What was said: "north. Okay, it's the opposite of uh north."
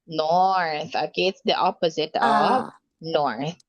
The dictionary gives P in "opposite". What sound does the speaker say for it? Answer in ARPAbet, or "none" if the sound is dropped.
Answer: P